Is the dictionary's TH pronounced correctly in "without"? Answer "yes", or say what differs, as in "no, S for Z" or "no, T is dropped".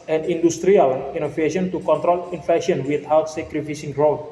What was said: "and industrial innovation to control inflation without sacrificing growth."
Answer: no, T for TH